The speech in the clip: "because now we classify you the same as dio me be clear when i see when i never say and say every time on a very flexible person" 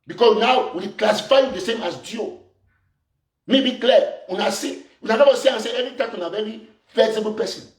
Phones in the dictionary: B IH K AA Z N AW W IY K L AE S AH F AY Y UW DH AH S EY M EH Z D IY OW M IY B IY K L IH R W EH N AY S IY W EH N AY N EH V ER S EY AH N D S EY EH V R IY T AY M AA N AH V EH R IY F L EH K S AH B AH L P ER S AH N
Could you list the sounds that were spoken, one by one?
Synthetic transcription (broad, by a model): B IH K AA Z N AW W IY K L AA S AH F AY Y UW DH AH S EY M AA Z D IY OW M IY B IY K L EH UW N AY S IY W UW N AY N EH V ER S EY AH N S EY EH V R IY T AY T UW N AH V EH R IY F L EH S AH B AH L P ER S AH N